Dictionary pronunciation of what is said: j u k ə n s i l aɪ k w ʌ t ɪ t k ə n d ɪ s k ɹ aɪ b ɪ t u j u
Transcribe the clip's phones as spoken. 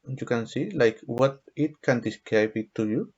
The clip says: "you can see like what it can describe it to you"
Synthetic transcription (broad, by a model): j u k ə n s i l aɪ k w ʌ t ɪ t k ə n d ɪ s k aɪ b ɪ t u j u